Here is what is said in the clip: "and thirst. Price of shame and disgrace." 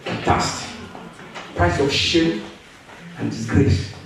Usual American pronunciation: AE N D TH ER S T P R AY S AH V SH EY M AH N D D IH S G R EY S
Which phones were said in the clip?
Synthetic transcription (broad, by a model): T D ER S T P R AY S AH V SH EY AH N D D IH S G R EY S